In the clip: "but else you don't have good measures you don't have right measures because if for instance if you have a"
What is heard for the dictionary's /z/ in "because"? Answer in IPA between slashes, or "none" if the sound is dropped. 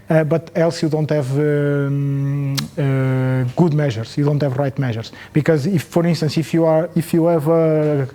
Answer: /z/